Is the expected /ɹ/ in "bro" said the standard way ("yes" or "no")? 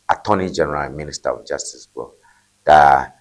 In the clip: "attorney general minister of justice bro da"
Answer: no